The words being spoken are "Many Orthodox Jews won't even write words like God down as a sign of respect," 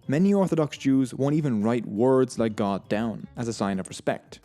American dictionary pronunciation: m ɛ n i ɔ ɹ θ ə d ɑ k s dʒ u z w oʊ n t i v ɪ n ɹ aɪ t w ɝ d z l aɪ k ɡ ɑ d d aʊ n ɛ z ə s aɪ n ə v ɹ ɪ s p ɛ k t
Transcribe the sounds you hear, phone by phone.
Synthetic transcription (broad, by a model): m ɛ n i ɔ ɹ θ ə d ɑ k s dʒ u z w oʊ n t i v ɪ n ɹ aɪ t w ɝ d z l aɪ k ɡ ɑ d d aʊ n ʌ z ə s aɪ n ə v ɹ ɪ s p ɛ k t